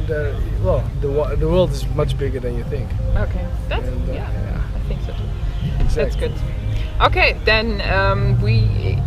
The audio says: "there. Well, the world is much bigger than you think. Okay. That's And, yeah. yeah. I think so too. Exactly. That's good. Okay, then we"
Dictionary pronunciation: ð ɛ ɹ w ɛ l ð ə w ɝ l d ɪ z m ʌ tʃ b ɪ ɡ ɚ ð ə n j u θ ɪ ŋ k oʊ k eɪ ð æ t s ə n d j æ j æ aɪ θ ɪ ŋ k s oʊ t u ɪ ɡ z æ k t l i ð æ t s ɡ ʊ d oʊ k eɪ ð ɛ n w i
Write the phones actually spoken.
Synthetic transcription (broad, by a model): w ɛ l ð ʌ w ð ə w ɝ l d ɪ z m ʌ tʃ b ɪ ɡ ɚ ð ə n j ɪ θ ɪ ŋ k oʊ k eɪ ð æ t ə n j æ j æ aɪ θ ɪ ŋ k s oʊ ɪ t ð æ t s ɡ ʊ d oʊ k eɪ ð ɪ n w i